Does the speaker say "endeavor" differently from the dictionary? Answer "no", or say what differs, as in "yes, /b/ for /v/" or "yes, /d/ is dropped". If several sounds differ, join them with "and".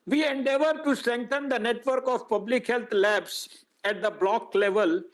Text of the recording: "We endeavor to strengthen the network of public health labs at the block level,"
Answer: no